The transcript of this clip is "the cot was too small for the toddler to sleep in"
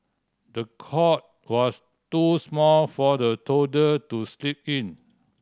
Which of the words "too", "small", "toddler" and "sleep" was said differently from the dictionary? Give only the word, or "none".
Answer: toddler